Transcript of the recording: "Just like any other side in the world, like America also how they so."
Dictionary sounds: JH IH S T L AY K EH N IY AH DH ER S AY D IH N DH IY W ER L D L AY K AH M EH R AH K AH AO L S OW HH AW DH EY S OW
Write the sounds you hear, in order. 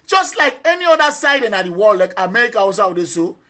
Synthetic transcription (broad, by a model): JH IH S T L AY K EH N IY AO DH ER S AY D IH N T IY W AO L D L AY K AH M EH R AH K AH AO S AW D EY S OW